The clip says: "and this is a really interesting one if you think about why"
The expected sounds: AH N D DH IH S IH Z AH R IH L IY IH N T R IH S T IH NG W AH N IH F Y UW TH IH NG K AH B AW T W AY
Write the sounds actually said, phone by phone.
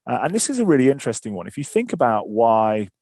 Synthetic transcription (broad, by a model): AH N DH IH S IH Z AH R IH L IY IH N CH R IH S T IH NG W AH N IH F Y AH TH IH NG K AH B AW T W AY